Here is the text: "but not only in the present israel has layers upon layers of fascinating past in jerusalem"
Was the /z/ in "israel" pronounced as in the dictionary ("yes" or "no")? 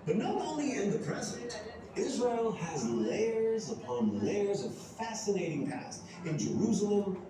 yes